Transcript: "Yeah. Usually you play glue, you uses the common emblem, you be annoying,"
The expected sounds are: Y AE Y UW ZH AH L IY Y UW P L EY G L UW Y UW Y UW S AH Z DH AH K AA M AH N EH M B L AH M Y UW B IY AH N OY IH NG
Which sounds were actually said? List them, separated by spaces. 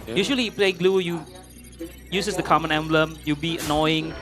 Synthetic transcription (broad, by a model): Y Y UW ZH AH L IY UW P L EY G L UW Y UW Y UW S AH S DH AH K AA M AH N EH M B L AH M Y UW B IY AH N OY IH NG